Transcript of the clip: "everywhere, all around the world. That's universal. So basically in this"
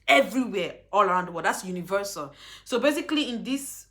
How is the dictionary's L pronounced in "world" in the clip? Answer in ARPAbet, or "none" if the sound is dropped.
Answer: none